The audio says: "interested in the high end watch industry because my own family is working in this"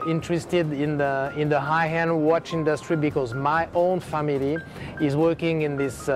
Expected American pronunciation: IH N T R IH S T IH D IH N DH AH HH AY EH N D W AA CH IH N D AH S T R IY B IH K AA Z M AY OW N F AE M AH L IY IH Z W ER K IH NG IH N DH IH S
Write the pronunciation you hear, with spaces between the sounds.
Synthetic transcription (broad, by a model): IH N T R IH S T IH D IH N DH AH HH AY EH N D W AA CH IH N D AH S T R IY B IH K AA Z M AY OW N F AE M AH L IY IH Z W ER K IH NG IH N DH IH S